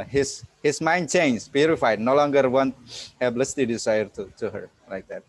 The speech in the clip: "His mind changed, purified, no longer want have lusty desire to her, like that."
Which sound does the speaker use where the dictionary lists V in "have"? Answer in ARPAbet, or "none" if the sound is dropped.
B